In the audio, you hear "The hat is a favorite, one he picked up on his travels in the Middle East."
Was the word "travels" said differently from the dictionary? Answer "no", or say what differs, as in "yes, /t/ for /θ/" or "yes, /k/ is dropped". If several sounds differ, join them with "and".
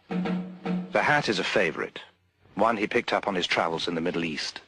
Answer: no